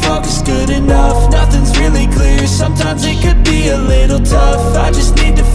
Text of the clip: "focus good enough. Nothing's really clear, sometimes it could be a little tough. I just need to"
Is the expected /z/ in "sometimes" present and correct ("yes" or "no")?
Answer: yes